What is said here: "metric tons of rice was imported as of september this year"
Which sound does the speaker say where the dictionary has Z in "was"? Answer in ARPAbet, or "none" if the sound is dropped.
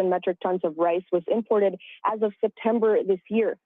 Z